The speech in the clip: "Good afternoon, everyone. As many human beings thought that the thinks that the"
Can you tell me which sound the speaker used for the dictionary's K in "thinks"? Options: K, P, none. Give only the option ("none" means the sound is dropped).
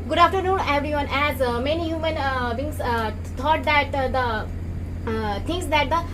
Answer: none